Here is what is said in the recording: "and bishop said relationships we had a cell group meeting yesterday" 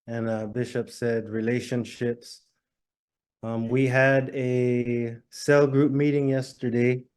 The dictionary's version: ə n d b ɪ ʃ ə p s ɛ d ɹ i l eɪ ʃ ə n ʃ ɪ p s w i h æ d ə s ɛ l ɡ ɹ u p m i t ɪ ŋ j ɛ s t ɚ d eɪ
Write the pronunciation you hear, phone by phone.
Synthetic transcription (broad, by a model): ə n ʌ b ɪ ʃ ə p s ɛ d ɹ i l eɪ ʃ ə n ʃ ɪ p s w i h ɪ d ə s ɛ l ɡ ɹ u p m i t ɪ ŋ j ɛ s t ɚ d eɪ